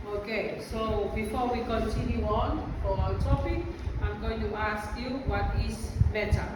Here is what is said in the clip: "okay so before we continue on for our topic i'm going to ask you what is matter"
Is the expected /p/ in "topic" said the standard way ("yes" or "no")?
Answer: no